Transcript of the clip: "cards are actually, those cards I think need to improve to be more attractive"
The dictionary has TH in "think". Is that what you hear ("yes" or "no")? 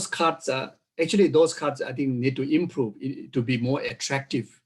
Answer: no